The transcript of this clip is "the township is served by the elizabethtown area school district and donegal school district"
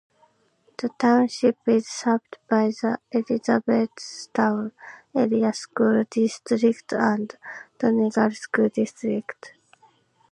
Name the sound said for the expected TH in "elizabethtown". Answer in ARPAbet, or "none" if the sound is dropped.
S